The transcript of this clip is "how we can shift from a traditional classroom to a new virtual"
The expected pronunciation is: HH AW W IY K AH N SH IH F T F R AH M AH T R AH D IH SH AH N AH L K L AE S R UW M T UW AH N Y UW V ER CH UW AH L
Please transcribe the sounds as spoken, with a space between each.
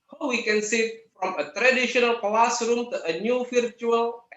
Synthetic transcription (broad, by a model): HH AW W IY K AH N S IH T F R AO M AH T R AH D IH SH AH N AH L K L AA S R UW M T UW AH N Y UW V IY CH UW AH L